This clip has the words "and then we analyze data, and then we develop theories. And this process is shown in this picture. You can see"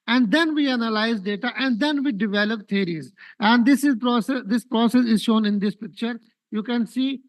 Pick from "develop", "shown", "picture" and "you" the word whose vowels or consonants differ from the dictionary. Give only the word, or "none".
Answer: none